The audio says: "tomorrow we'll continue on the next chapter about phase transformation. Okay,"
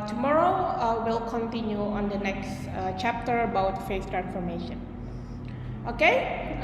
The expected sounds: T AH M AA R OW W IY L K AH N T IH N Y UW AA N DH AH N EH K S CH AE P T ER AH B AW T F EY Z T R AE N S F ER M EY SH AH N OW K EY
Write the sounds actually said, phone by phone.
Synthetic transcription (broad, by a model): T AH M AA R OW W IY L K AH N T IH N Y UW AA N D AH N EH K S CH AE P T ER AH B AW T F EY S T R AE N S F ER M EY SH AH N OW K EY